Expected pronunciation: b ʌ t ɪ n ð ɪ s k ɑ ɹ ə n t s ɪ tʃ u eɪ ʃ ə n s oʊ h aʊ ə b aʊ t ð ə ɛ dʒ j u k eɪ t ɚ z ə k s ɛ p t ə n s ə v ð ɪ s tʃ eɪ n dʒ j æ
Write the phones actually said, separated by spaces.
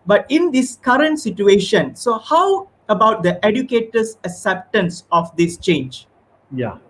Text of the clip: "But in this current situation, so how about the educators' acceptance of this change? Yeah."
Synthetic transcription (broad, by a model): b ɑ t ɪ n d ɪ s k ɑ ɹ ə n t s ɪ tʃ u eɪ ʃ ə n s oʊ h aʊ ə b aʊ t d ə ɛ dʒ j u k eɪ t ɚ s ə k s ɛ p t ə n s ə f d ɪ s tʃ eɪ n dʒ j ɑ